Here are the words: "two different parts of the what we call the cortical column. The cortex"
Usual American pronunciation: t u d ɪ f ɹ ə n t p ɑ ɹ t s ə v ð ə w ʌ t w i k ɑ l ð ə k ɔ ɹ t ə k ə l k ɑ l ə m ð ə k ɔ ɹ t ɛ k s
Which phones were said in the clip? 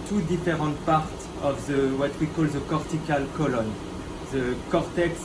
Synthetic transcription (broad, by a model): t u d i f ɹ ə t p ɑ ɹ t ə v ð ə w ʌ t w i k ɑ l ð ə k ɔ ɹ t ə k ə l k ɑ l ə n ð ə k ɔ ɹ t ɛ k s